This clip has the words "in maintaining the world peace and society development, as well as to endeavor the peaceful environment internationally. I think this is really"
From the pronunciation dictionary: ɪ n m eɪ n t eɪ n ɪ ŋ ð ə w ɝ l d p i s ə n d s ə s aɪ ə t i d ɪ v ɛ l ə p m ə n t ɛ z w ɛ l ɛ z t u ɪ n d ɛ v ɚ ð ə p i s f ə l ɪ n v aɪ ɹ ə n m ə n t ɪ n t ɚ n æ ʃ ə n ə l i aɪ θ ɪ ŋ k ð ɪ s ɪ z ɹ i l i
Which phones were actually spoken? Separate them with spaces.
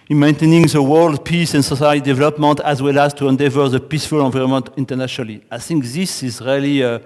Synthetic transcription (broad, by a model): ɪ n m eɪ n t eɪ n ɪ ŋ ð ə w ɝ l d p i s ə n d s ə s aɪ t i d ɪ v ɛ l ə p m ə n t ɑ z w ɛ l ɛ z t u ɪ n d ɛ v ɚ ð ə p i s f ə l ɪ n v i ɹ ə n m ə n t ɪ n t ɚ n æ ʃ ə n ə l i aɪ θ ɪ ŋ k ð ɪ s ɪ z ɹ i l i